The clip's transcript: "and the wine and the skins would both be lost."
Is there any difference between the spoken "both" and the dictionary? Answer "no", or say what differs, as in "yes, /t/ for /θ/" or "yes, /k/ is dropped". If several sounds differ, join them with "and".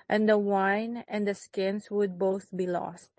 no